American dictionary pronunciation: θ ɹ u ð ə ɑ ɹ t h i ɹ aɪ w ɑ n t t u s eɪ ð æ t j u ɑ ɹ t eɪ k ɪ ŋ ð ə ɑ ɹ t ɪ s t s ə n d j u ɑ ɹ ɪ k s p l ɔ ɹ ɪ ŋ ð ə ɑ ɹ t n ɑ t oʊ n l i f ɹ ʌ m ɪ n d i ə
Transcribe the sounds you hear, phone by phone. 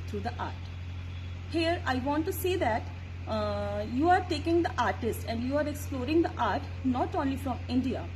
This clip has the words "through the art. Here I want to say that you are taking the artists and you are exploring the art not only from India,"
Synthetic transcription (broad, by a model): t ɹ u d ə ɑ ɹ t h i ɹ aɪ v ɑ n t t u s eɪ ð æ t j u ɑ ɹ t eɪ k ɪ ŋ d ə ɑ ɹ t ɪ s t ə n d j u ɑ ɹ ɪ k s p l ɔ ɹ ɪ ŋ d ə ɑ ɹ t n ɑ t oʊ n l i f ɹ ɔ m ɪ n d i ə